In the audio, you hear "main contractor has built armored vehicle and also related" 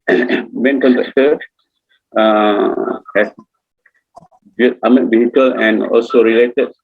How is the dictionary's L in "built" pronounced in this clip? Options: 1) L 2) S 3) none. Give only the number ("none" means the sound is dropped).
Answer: 3